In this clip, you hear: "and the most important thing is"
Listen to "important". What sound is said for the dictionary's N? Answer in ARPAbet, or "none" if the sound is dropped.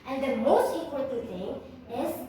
none